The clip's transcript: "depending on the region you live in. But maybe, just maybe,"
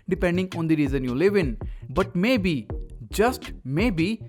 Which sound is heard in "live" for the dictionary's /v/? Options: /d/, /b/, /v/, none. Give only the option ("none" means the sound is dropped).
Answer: /v/